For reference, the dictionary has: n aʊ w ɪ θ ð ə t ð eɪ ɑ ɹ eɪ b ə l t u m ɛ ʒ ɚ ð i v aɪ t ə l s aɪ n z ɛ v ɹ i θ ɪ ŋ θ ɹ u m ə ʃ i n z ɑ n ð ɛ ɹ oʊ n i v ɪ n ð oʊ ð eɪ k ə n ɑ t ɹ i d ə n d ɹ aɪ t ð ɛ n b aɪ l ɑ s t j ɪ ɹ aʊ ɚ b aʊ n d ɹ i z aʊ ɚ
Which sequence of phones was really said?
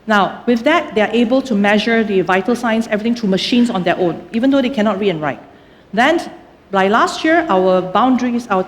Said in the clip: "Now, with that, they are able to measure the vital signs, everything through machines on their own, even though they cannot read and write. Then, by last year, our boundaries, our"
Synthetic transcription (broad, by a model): n aʊ w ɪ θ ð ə t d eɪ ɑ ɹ eɪ b ə l t u m ɛ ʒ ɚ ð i v aɪ t ə l s aɪ n s ɛ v ɹ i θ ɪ ŋ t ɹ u m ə ʃ i n s ɑ n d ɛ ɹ oʊ n i v ɪ n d oʊ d eɪ k ə n ɑ t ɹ i ə n ɹ aɪ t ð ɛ n b aɪ l ɑ s t j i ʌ aʊ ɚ b aʊ n d ɹ i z aʊ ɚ